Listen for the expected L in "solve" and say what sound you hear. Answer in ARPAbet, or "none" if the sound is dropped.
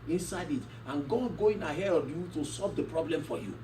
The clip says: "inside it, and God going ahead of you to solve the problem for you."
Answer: L